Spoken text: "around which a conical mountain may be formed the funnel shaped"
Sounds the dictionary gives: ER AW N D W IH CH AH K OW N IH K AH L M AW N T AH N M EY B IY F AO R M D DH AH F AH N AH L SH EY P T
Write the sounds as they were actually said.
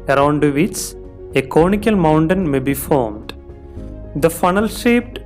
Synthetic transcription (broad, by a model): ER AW N D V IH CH AH K OW N IH K AH L M AW N T AH N M EY B IY F AO R M D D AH F AH N AH L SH EY P T